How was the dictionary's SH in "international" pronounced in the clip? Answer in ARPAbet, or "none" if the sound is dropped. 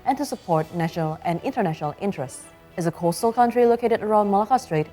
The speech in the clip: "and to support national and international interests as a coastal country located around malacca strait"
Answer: SH